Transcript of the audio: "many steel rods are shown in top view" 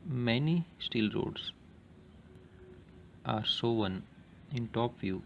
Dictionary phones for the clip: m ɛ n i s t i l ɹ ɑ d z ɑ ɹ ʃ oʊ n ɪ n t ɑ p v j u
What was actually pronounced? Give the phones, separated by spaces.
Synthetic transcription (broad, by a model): m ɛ n i s t i l ɹ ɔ d s ɑ ɹ s oʊ n ɪ n t ɑ p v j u